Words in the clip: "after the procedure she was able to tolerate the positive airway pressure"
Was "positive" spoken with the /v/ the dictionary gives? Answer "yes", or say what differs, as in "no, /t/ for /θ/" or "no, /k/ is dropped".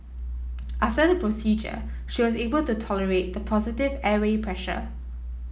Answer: yes